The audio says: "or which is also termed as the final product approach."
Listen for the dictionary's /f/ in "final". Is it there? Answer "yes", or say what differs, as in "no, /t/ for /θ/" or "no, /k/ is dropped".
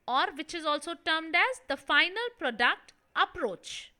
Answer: yes